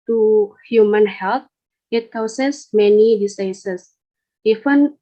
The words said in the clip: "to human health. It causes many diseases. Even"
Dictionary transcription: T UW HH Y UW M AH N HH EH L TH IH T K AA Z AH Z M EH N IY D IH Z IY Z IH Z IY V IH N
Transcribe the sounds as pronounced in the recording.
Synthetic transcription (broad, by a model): T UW HH Y UW M AH N HH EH L T IH T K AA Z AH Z M EH N IY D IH S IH S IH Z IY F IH N